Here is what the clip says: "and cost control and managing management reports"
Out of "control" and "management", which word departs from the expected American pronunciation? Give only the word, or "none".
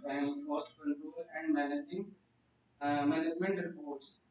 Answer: control